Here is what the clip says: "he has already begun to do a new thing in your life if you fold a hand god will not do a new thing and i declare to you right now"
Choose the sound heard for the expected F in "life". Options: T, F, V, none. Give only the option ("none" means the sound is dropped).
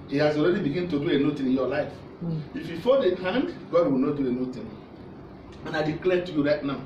F